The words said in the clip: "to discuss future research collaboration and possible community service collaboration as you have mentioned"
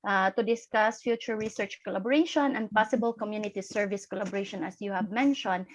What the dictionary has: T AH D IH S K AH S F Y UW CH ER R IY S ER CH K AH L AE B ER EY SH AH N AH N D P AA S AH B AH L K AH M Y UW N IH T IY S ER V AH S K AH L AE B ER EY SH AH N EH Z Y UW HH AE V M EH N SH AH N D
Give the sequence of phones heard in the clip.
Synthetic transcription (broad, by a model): T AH D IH S K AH S F Y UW CH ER R IY S ER CH K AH L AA B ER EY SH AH N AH N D P AA S AH B AH L K AH M Y UW N IH T IY S ER V AH S K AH L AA B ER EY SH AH N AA S Y UW HH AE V M EH N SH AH N D